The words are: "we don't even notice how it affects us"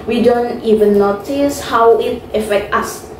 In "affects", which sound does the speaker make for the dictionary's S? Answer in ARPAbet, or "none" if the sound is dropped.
none